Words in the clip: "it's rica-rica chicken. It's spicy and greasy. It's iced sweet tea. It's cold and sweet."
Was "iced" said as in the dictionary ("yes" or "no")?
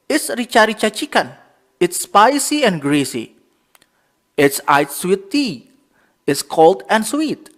no